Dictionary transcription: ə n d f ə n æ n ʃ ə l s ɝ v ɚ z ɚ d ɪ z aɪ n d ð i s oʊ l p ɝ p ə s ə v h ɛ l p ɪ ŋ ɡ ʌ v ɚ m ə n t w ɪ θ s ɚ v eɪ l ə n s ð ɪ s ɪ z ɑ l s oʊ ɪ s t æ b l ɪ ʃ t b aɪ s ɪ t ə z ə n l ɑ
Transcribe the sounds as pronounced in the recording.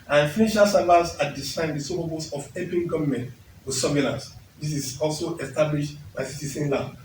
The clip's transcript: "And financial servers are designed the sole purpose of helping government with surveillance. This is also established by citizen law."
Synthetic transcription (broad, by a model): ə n f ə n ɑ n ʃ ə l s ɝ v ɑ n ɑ d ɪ s aɪ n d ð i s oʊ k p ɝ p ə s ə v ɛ p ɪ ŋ ɡ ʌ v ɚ m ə n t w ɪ s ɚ b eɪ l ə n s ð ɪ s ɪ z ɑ l s oʊ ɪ s t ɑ b l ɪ ʃ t b aɪ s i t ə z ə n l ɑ